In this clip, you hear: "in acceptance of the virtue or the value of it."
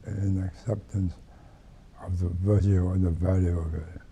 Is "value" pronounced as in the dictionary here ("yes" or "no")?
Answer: yes